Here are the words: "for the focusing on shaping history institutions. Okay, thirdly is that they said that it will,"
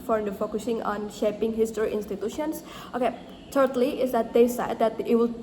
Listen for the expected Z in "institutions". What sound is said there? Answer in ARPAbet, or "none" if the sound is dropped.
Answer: S